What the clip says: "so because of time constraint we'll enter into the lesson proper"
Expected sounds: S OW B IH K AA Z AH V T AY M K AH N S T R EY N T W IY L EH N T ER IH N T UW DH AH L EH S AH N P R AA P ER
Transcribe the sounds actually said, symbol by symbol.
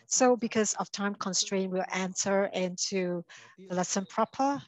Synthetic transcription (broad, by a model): S OW B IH K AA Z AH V T AY M K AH N S T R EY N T W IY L EH N T ER IH N T UW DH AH L EH S AH N P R AA P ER